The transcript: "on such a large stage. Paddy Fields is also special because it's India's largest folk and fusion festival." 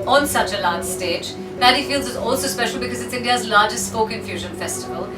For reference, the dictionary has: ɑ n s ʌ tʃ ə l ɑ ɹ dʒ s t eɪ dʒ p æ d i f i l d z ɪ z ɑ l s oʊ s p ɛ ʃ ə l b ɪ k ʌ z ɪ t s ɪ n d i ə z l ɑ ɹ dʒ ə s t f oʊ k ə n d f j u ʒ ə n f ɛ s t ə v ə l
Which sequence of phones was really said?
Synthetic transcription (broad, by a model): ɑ n s ʌ tʃ ə l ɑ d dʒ s t eɪ dʒ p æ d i f i l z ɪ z ɑ l s oʊ s p ɛ ʃ l b ɪ k ʌ z ɪ t s ɪ n d i ə z l ɑ dʒ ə s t p oʊ k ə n f j u ʒ ə n f ɛ s t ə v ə l